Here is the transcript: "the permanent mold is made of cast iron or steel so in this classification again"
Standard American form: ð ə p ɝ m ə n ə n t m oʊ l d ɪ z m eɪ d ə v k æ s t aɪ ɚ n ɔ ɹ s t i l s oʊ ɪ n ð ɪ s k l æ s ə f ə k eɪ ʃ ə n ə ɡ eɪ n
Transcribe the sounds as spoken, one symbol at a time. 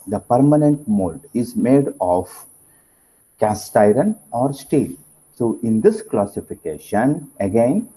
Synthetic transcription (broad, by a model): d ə p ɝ m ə n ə n t m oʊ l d ɪ z m eɪ d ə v k æ s t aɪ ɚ n ɔ ɹ s t i l s oʊ ɪ n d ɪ s k l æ s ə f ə k eɪ ʃ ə n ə ɡ eɪ n